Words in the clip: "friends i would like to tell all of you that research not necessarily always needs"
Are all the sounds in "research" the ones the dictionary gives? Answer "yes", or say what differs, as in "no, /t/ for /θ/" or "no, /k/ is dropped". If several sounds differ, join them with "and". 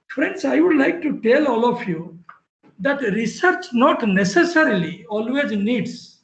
yes